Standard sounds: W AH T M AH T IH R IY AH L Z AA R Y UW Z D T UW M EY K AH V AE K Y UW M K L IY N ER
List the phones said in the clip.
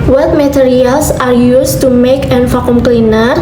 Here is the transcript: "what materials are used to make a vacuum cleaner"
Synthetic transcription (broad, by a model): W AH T M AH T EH R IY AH L S AA R Y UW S T UW M EY K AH F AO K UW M K L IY N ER